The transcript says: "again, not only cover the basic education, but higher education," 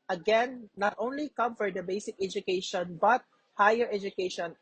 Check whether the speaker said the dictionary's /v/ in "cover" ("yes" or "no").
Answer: no